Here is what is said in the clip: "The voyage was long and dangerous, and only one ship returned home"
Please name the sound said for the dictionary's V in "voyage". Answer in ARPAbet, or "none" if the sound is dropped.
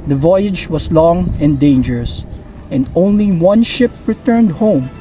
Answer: V